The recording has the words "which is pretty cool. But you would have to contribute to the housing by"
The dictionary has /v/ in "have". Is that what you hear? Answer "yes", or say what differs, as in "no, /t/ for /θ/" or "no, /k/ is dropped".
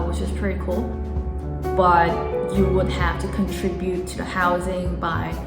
no, /f/ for /v/